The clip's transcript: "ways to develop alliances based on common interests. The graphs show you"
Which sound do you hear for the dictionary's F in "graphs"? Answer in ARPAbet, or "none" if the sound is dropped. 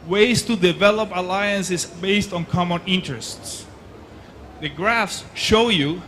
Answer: F